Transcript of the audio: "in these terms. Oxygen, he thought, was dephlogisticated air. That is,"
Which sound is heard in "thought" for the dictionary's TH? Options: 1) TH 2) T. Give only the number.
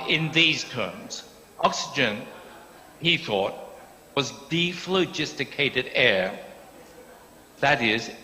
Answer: 1